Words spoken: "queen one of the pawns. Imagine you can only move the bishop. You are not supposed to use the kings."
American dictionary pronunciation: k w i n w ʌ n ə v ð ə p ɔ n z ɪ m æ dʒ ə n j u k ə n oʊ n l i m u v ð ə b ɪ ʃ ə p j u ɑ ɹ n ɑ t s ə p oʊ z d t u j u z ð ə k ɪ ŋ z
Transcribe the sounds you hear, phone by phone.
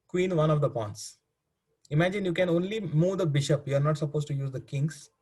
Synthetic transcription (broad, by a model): k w i n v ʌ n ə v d ə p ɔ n s ɪ m æ dʒ ə n j u k ə n oʊ n l i m u v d ə b ɪ ʃ ə p j u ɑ ɹ n ɑ t s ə p oʊ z t u j u z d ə k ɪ ŋ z